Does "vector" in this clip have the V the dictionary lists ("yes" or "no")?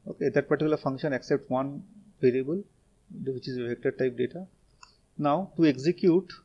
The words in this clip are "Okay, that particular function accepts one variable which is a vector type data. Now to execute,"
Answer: no